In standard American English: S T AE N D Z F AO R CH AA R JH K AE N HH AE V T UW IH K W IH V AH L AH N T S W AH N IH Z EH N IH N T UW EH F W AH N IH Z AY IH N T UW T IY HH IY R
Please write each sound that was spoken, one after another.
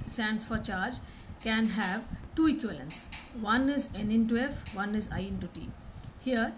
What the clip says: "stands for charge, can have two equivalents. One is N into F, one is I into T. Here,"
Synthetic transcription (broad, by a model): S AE N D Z F AO R CH AA R JH K AE N HH AE V T UW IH K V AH L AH N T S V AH N IH Z EH N IH N T UW EH F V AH N IH Z AY IH N T UW T IY HH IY R